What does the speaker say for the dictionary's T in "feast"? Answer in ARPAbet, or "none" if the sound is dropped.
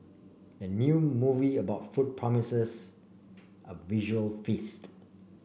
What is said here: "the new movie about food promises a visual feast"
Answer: T